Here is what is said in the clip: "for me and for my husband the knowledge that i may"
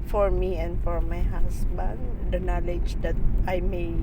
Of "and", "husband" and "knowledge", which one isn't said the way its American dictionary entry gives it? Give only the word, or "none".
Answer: husband